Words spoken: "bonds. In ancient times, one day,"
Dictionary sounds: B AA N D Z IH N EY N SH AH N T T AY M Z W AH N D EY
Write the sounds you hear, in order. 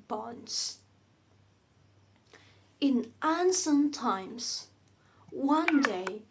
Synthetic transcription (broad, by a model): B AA N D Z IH N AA N S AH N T T AY M Z W AH N D EY